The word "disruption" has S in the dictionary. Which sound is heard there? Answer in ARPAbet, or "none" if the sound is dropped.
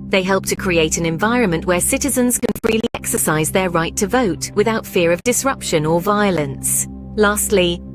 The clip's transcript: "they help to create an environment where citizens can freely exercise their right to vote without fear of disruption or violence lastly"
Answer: S